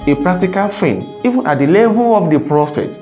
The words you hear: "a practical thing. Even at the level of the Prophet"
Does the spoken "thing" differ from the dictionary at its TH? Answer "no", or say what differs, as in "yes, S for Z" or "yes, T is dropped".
yes, F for TH